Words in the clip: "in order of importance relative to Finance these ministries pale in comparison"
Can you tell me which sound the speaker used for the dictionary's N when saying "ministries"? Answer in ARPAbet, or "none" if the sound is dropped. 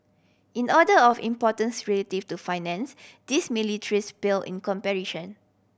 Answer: L